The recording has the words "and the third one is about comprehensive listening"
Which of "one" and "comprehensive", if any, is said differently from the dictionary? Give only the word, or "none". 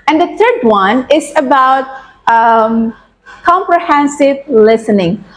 none